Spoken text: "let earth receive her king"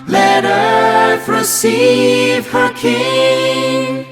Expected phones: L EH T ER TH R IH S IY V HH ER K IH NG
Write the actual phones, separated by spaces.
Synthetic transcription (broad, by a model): L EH T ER F R IH S IY V HH ER K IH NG